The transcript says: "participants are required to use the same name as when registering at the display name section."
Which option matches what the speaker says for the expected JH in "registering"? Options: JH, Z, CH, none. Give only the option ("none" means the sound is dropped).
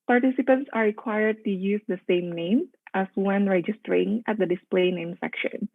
JH